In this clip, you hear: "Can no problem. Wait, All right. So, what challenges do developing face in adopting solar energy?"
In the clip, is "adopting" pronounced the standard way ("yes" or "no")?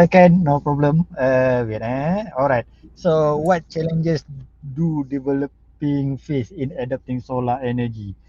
yes